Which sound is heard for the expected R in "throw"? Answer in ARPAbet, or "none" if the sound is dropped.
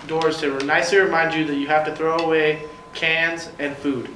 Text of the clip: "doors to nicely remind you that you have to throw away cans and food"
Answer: R